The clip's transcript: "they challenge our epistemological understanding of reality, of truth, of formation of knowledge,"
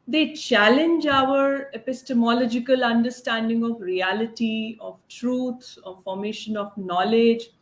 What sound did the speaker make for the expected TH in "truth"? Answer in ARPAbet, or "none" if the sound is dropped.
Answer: S